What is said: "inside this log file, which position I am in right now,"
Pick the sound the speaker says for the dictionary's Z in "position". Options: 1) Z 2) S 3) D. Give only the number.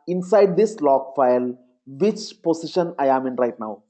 2